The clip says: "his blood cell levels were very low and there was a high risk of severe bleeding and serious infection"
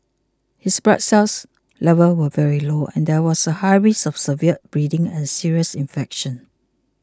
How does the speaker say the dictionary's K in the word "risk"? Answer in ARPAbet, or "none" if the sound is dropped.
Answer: none